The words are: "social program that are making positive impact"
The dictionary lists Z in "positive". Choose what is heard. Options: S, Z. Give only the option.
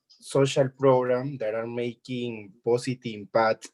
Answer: S